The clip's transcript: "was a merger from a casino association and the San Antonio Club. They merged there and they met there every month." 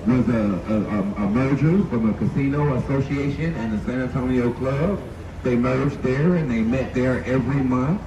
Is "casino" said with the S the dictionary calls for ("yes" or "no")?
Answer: yes